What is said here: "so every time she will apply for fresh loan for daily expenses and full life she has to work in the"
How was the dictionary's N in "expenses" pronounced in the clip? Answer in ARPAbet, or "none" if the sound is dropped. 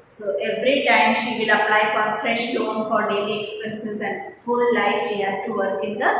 N